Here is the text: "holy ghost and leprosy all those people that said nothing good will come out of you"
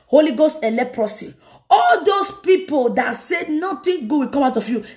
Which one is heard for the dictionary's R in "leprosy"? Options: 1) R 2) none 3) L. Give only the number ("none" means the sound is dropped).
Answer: 1